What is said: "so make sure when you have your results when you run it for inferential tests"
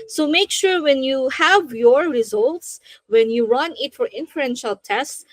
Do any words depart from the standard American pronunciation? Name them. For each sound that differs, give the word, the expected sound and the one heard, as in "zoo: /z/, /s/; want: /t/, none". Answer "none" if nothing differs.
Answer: none